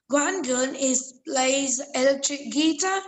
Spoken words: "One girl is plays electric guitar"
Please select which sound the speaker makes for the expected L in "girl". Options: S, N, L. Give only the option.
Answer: N